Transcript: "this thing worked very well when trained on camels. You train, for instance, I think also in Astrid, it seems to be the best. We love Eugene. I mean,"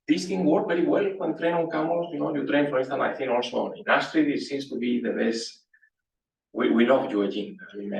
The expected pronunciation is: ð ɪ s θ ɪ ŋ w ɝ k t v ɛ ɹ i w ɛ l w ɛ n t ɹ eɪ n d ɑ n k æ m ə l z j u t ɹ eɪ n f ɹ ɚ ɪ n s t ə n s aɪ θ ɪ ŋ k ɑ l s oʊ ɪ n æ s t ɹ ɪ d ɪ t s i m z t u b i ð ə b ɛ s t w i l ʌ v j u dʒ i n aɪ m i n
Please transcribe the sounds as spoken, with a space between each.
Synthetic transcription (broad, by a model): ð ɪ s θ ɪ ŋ w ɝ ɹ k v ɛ ɹ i w ɛ l w ɛ n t ɹ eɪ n ɑ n k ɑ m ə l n j u t ɹ eɪ n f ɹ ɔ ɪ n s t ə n aɪ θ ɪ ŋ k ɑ l s oʊ ɪ n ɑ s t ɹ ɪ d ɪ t s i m s t u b i ð ə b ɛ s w w i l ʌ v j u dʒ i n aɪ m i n